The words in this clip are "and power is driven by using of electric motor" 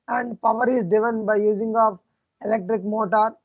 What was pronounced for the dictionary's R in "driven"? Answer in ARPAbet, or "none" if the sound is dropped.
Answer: none